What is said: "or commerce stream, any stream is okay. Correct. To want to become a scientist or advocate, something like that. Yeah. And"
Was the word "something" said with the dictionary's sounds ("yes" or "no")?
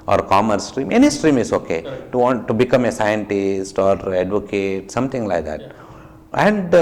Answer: no